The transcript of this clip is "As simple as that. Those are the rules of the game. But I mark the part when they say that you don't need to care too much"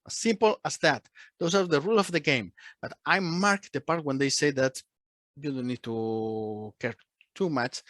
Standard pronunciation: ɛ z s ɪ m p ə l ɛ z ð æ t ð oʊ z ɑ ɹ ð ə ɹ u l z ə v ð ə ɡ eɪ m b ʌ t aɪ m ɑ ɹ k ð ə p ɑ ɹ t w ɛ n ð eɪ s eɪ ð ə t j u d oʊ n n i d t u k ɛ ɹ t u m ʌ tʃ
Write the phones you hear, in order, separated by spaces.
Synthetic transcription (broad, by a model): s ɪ m p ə l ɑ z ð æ t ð oʊ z ɑ ɹ ð ə ɹ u l ə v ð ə ɡ eɪ m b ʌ t aɪ m ɑ ɹ k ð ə p ɑ ɹ t w ɛ n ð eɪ s eɪ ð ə t j u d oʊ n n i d t u k ɛ ɹ t u m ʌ tʃ